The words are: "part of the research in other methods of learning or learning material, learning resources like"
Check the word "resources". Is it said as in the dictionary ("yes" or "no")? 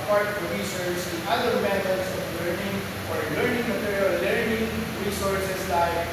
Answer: no